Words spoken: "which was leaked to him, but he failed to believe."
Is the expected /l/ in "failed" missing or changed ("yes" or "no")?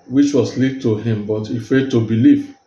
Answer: yes